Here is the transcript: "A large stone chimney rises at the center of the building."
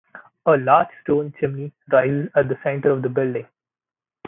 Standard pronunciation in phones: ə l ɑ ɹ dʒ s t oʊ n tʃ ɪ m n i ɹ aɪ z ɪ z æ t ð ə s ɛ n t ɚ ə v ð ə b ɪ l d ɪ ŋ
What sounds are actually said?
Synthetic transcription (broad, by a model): ə l ɑ ɹ dʒ s t oʊ n tʃ ɪ m n i ɹ aɪ z ɪ z æ t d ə s ɛ n t ɚ ə v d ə b ɪ l d ɪ ŋ